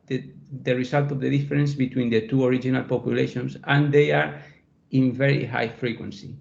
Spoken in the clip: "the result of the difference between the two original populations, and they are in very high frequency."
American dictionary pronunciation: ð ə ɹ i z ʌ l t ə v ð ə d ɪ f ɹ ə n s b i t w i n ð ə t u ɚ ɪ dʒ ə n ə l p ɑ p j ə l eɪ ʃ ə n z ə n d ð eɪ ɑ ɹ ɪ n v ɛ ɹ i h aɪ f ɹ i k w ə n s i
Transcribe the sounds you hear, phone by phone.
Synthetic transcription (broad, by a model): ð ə ɹ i s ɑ l t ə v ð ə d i f ɹ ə n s b i t w i n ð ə t u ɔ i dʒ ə n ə l p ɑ p j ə l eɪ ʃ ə n s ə n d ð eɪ ɑ ɹ ɪ n v ɛ ɹ i h aɪ f ɹ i k w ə n s i